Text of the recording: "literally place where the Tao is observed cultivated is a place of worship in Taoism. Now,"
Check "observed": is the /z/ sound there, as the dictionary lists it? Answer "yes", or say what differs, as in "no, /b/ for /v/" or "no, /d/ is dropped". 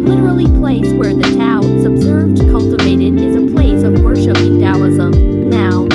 yes